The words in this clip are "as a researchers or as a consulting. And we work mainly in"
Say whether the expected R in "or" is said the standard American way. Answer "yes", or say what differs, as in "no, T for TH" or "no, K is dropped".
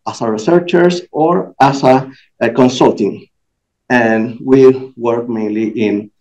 yes